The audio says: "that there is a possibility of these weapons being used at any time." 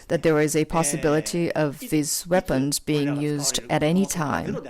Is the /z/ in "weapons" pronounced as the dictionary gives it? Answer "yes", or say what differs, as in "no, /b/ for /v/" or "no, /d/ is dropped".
yes